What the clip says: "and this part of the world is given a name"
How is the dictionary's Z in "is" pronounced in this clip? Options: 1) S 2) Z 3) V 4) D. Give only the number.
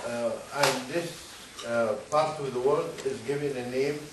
2